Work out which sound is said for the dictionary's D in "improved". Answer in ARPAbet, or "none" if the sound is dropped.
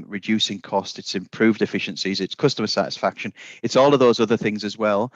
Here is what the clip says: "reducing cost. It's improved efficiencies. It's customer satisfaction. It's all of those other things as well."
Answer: D